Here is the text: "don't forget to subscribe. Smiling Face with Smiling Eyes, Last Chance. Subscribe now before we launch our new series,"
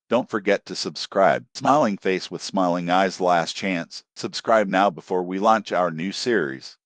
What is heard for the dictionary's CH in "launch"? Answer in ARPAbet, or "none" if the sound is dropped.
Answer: CH